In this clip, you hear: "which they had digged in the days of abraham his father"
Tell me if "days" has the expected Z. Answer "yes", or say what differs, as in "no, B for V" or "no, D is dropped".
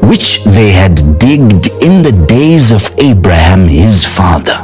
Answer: yes